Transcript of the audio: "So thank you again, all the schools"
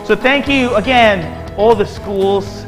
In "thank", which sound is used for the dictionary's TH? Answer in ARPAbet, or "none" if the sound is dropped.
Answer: TH